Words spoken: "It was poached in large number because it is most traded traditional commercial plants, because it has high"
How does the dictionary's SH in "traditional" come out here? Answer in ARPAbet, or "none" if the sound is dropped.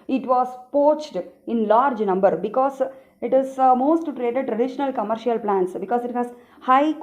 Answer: SH